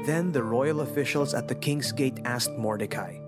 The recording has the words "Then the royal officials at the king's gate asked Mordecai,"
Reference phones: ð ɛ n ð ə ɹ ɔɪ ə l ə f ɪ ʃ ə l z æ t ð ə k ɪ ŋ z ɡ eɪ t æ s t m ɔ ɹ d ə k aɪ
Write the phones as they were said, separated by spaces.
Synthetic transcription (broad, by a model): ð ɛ n ð ə ɹ ɔɪ ə l ə f ɪ ʃ ə l z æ t ð ə k ɪ ŋ z ɡ eɪ t æ s t m ɔ ɹ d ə k aɪ